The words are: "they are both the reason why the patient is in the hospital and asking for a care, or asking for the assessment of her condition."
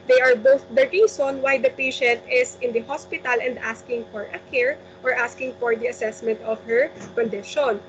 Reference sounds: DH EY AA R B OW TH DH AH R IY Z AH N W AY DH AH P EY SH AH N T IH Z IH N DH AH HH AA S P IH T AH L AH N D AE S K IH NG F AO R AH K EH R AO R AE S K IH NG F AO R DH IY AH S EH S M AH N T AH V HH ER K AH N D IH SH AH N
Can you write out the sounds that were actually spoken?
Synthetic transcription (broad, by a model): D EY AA R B OW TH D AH R IY S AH N W AY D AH P EY SH AH N T IH S IH N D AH HH AA S P IH T AH L AH N D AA S K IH NG F AO R AH K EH R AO R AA S K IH NG F AO R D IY AH S EH S M AH N T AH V HH ER K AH N D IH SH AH N